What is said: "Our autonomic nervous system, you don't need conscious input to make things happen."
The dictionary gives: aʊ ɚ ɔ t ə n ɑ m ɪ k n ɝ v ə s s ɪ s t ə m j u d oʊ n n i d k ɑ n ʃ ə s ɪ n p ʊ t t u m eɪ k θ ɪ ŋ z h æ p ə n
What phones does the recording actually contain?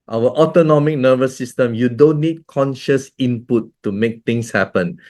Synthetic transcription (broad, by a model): aʊ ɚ ɔ t ə n ɑ m ɪ k n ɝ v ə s s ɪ s t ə m j u d oʊ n n i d k ɑ n ʃ ə s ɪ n p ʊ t t u m eɪ k t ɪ ŋ s h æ p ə n